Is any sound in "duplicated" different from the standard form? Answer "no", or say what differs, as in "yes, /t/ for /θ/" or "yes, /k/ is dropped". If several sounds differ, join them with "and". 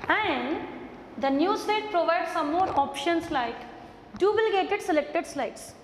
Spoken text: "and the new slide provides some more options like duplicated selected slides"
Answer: yes, /b/ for /p/